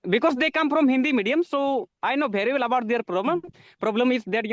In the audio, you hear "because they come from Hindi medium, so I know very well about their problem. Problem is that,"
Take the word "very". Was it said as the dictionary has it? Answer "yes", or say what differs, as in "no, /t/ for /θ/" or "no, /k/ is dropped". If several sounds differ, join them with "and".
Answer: no, /b/ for /v/